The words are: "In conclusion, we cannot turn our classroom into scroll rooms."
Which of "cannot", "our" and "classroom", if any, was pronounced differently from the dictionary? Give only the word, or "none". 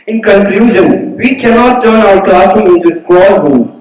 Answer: classroom